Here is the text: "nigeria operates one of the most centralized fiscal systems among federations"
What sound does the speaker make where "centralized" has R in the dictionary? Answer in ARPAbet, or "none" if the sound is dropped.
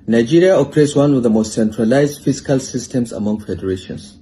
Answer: R